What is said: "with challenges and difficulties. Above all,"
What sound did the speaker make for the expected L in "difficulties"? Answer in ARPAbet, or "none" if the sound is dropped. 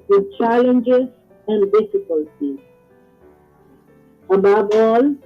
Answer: L